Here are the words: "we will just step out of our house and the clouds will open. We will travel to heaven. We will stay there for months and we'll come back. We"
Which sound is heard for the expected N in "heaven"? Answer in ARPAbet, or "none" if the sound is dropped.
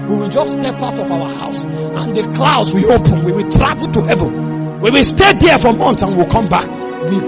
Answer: N